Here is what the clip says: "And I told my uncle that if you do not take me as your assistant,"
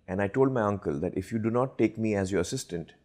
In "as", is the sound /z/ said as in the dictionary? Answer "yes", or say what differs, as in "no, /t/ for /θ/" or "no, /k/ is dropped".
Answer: yes